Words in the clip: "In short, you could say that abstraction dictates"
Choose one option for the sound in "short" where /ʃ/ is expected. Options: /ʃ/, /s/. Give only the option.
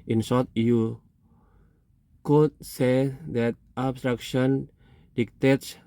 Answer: /s/